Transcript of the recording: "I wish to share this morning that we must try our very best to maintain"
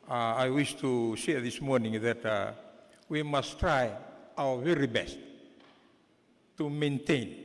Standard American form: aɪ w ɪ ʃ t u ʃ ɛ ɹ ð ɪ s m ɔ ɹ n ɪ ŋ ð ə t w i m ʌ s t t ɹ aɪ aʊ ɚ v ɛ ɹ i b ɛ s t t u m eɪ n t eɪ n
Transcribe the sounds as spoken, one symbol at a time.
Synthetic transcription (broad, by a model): aɪ w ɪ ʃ t u s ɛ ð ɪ s m ɔ ɹ n ɪ ŋ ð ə t w i m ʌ s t t ɹ aɪ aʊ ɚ v ɛ ɹ i b ɛ s t t u m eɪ n t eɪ n